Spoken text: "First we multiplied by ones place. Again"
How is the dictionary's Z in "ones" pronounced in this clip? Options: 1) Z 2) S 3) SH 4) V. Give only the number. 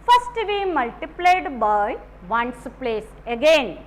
2